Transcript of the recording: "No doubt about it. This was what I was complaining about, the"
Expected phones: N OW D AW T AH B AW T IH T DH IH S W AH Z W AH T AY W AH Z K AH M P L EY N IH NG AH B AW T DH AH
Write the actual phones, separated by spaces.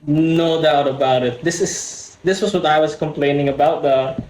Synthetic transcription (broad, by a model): N OW D AW T AH B AW T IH T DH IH S W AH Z W AH T AY W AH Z K AH M P L EY N IH NG AH B AW T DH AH